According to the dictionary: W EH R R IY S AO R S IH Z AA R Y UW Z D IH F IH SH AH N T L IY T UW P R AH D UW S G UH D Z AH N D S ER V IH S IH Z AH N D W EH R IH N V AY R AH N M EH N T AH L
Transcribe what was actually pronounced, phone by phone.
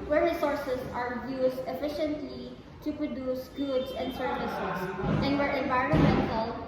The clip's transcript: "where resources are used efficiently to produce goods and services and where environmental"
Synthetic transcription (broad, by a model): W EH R R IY S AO R S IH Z AA R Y UW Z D IH F IH SH AH N T L IY T UW P R AH D UW S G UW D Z AH N D S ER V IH S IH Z AH N D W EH R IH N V AY R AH N M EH N T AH L